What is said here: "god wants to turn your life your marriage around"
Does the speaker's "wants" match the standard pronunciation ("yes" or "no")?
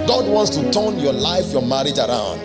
yes